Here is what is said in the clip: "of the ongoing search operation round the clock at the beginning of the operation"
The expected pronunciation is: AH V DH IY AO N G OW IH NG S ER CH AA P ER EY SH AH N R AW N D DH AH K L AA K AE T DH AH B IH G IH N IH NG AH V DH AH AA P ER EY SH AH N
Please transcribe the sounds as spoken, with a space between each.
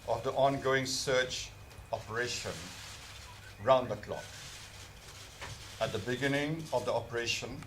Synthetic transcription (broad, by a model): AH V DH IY AO N G OW IH NG S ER CH AA P ER EY SH AH N R AW N D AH K L AA K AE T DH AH B IH G IH N IH NG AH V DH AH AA P ER EY SH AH N